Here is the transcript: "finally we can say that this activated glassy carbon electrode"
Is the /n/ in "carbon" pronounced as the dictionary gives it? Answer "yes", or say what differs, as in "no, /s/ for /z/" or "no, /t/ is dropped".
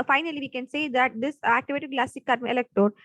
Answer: no, /n/ is dropped